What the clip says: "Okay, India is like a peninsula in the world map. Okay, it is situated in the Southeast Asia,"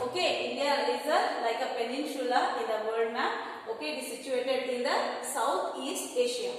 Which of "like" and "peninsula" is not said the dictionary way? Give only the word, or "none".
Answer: peninsula